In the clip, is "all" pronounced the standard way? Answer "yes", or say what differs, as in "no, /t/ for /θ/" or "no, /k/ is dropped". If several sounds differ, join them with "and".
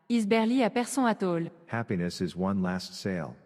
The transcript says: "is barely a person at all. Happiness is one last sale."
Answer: yes